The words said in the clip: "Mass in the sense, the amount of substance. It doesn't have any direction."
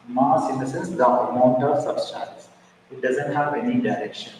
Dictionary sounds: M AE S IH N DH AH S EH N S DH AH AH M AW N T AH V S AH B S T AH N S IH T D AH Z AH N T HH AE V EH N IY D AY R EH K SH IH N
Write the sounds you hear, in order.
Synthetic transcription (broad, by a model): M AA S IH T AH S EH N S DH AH AH M AW N T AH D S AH S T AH L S IH T D AH Z AH N T HH AE V EH N IY D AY R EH K SH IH N